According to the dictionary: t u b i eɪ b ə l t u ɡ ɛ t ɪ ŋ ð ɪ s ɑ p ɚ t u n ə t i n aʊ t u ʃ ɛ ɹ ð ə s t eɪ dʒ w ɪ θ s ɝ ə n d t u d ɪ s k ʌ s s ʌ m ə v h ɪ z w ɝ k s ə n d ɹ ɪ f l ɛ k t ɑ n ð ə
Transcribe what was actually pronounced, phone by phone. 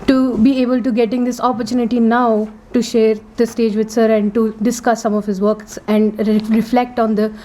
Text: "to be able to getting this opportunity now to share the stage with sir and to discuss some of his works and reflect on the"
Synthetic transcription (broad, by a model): t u b i eɪ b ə l t u ɡ ɛ t ɪ ŋ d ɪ s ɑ p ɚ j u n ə t i n aʊ t u ʃ ɛ ɹ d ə s t eɪ dʒ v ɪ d s ɝ ə n d t u d ɪ s k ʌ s s ʌ m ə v h ɪ z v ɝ k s ə n d ɹ ɪ f l ɛ k t ɑ n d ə